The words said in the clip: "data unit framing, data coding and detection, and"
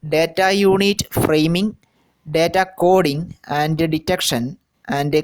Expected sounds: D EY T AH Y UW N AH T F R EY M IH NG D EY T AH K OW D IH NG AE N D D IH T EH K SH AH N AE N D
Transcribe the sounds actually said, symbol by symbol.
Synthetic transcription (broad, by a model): D EY T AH Y UW N AH T F R EY M IH NG D EY T AH K OW D IH NG AE N D D IH T EH K SH AH N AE N D